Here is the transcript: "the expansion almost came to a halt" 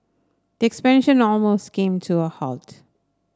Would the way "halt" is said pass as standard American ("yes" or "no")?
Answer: yes